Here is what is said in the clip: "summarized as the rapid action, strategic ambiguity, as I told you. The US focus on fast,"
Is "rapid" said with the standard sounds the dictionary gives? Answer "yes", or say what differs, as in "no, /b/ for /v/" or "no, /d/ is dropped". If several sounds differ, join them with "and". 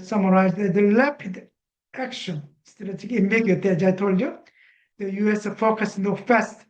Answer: no, /l/ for /ɹ/